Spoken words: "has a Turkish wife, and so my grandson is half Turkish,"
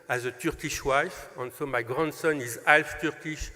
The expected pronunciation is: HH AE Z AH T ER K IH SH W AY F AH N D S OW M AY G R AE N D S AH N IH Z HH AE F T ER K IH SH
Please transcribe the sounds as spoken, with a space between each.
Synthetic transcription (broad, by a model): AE Z AH T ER K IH SH W AY F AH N S OW M AY G R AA N D S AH N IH Z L F T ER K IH SH